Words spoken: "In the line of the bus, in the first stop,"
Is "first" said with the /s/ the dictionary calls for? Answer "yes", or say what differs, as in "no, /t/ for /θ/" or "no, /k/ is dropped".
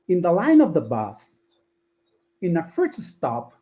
no, /s/ is dropped